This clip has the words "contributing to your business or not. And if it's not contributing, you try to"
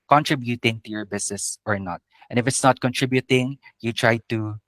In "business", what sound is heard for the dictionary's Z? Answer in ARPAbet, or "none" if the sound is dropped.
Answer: S